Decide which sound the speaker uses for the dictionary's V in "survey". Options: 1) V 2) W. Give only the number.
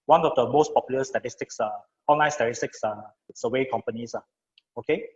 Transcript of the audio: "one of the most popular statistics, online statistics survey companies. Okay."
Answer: 2